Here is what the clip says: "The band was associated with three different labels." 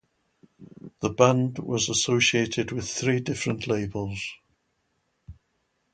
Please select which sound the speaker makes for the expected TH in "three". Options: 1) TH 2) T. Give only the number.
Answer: 1